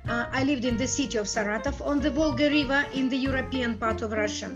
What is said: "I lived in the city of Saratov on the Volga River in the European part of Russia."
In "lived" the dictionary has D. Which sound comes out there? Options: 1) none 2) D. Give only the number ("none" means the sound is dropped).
2